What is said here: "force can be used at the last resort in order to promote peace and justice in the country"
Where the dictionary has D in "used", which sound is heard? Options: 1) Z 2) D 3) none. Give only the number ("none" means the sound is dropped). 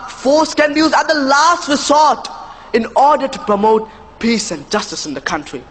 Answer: 3